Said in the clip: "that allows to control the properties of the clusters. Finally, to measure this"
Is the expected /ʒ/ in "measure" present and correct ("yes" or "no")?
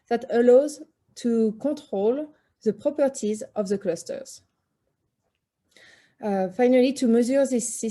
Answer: no